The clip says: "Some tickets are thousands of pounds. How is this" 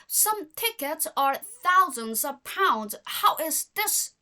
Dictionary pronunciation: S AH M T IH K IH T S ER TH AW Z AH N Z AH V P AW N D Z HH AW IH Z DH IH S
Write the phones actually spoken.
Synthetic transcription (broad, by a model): S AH M T IH K IH T S ER TH AW Z AH N Z AH V P AW N D Z HH AW IH Z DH IH S